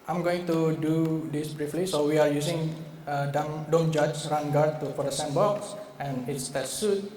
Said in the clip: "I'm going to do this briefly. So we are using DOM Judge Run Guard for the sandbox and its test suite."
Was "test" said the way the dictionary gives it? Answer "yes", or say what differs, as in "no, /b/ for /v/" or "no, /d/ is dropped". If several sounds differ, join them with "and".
no, /s/ is dropped